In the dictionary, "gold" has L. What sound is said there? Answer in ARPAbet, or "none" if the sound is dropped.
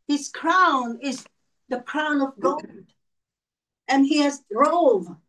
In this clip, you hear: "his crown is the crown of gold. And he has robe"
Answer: N